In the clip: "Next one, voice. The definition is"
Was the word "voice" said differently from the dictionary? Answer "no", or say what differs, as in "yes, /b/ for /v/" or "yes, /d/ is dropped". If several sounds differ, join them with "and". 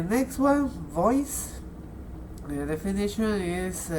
no